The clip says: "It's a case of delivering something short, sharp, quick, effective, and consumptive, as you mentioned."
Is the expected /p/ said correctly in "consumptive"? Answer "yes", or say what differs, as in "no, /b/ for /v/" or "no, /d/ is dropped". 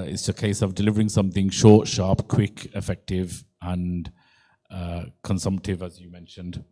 yes